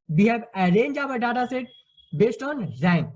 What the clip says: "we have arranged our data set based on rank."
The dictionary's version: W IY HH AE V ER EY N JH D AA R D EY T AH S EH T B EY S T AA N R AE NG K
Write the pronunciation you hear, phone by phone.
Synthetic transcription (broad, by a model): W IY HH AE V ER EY N JH AA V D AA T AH S EH T B EY S T AA N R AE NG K